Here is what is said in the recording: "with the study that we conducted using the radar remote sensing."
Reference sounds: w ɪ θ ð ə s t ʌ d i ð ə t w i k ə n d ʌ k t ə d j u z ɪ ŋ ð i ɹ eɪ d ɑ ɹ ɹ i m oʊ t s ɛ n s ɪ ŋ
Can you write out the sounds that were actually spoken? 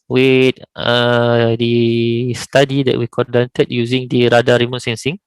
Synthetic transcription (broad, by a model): w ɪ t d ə s t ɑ d i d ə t w i k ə d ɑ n t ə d j u z ɪ ŋ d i ɹ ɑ d ɑ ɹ ɹ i m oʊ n s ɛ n s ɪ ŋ